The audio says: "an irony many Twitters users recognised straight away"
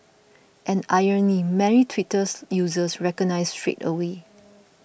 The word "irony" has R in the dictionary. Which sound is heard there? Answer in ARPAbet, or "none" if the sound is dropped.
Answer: none